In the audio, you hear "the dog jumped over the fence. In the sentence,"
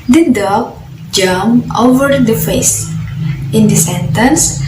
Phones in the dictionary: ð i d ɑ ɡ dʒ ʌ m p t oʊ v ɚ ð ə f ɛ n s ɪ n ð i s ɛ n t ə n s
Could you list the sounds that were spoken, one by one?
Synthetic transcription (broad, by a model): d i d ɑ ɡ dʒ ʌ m oʊ v ɚ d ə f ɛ s ɪ n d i s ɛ n t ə n s